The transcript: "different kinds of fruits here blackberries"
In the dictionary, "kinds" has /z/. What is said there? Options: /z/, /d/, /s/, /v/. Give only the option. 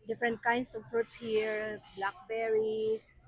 /s/